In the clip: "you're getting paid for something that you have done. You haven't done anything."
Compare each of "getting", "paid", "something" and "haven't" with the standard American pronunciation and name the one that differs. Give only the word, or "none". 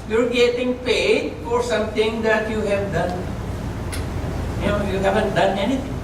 something